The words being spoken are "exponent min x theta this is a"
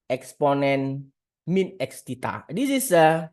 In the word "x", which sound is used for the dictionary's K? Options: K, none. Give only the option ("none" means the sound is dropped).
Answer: K